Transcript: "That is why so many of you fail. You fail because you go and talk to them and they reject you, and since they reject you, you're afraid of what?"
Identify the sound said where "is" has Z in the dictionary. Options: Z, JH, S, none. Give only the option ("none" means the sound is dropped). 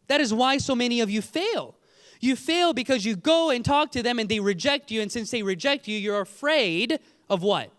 Z